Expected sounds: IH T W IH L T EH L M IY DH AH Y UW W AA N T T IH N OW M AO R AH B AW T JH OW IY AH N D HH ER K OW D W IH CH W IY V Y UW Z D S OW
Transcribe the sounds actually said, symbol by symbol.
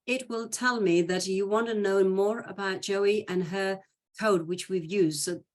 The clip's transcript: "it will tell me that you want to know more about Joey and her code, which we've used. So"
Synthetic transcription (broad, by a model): IH T W IH L T EH L M IY DH AH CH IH W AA N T T IH N OW M AO R AH B AW T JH OW IY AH N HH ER K OW D W IH CH W IY V Y UW Z D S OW